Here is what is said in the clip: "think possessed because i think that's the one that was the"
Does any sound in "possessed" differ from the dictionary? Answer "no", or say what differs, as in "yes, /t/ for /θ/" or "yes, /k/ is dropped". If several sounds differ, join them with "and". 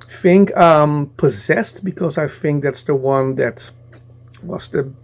no